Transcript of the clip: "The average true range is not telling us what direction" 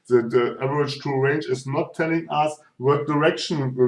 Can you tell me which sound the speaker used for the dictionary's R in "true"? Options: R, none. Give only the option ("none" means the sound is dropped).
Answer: none